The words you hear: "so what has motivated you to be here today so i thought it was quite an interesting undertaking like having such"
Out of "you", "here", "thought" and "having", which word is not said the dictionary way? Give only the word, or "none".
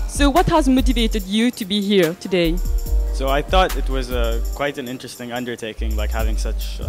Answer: none